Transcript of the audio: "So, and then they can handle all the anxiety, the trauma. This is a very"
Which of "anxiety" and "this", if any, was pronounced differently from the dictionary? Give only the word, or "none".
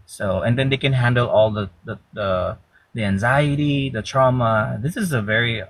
none